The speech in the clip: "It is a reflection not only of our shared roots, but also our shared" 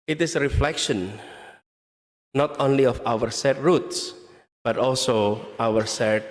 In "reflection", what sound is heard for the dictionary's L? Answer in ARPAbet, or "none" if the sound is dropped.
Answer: L